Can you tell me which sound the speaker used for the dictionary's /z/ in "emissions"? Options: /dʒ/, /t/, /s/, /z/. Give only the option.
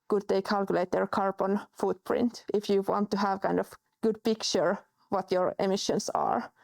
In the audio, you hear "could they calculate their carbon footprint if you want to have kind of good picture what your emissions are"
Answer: /s/